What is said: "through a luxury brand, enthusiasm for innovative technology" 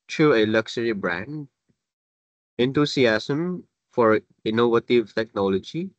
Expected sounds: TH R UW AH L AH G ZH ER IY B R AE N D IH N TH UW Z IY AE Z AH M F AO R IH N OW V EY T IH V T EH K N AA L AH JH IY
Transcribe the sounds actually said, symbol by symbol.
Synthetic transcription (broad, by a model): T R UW AH L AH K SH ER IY B R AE N D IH N T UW S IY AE S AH M F AO R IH N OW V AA T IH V T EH K N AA L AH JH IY